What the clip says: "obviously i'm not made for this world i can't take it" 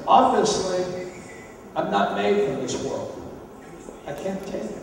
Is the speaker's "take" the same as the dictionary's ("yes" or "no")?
no